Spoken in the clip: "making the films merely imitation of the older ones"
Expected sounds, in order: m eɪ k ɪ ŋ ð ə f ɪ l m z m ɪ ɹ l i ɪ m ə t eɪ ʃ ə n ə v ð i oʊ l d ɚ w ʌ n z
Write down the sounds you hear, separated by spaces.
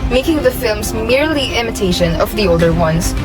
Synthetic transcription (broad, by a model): m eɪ k ɪ ŋ ð ə f ɪ l m z m ɪ ɹ l i ɪ m ə t eɪ ʃ ə n ə v ð i oʊ l d ɚ w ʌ n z